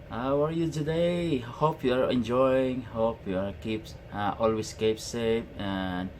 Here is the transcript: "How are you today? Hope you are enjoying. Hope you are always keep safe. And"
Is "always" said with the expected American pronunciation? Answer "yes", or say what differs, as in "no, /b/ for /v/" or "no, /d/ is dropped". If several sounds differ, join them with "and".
no, /s/ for /z/